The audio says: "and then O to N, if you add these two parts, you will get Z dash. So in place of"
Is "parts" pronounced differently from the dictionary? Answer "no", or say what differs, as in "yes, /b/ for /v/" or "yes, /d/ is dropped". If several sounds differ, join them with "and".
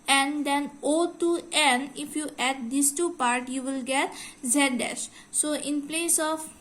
yes, /s/ is dropped